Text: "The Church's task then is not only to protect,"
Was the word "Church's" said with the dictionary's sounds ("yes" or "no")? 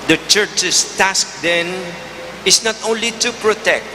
no